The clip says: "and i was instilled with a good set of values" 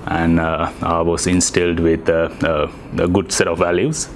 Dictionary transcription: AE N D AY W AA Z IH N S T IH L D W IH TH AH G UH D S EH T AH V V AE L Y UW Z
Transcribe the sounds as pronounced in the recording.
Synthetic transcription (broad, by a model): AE N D AY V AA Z IH N S T IH L D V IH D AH G UH D S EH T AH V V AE L Y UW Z